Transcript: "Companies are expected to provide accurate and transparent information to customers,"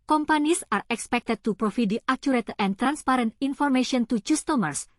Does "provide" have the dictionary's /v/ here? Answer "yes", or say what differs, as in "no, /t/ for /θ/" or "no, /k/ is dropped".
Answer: no, /f/ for /v/